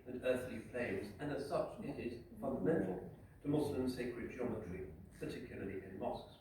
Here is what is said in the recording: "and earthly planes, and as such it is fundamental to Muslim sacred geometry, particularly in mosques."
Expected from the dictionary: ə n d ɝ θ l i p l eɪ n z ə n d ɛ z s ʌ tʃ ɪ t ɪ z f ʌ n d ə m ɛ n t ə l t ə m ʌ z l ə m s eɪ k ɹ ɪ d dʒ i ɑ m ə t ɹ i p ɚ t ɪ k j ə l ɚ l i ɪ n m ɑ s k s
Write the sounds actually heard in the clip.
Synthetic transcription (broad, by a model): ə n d ɝ θ l i f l eɪ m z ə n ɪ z s ʌ tʃ ɪ t ɪ z f ʌ n d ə m ɛ n t l t ə m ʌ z l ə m s eɪ k ɹ ɪ d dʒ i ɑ m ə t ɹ i p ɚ t ɪ k j l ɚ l i ɪ n m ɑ s k s